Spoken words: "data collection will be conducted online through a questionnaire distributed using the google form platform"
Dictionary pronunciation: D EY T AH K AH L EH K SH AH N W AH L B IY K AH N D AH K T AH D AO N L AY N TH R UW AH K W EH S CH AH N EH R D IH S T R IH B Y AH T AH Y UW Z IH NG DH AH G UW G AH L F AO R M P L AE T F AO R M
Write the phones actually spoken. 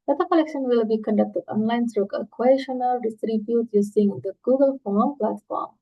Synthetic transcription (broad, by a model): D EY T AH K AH L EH K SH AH N W AH L B IY K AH N D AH K T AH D AO N L AY N S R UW AH K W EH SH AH N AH L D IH S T R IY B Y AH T Y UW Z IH NG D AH G UW G AH L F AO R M P L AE T F AO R M